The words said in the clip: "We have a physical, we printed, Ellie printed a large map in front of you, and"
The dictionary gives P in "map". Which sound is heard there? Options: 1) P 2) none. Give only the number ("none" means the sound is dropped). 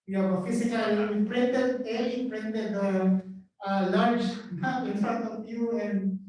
2